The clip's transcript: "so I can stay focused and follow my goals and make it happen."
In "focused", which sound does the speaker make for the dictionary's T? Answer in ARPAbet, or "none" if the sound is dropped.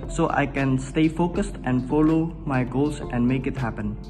T